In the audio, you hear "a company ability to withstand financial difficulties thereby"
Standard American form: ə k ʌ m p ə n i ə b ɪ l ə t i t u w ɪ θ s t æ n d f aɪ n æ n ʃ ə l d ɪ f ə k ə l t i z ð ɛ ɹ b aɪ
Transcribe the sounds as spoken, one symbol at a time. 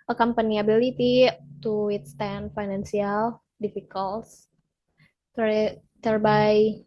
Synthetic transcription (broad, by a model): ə k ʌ m p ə n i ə b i l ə t i t u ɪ t s t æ n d f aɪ n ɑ n s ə l d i f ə k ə l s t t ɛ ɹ b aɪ